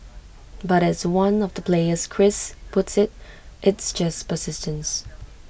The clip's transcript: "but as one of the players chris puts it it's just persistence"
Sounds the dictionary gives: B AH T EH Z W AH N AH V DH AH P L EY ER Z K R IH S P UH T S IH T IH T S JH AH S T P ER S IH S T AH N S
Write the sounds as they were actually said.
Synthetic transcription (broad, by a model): B AH T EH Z W AH N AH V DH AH P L EY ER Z K R IH S P UH T S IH T IH T S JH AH S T P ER S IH S T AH N S